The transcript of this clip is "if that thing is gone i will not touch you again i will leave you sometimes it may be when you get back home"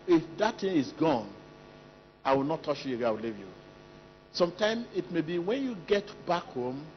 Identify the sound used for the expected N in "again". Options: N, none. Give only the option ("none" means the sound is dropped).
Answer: none